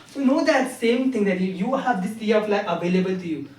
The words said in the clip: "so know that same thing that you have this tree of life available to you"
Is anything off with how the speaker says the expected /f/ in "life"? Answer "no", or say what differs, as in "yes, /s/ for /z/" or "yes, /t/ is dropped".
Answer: yes, /f/ is dropped